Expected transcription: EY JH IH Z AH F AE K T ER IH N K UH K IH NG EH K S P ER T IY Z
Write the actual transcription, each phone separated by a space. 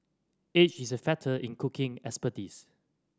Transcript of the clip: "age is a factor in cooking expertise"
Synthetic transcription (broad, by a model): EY CH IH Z AH F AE T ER IH N K UH K IH NG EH S P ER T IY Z